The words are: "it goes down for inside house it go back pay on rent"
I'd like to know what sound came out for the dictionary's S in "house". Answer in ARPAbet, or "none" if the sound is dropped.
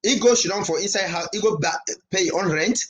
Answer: none